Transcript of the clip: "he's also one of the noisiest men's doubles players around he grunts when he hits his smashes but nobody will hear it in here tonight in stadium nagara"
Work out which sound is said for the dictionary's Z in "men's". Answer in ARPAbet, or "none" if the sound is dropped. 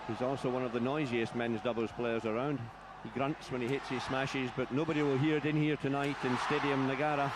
Z